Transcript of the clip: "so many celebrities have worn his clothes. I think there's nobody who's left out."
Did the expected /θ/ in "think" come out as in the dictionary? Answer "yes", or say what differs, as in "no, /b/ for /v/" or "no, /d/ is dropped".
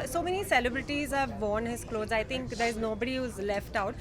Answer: no, /t/ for /θ/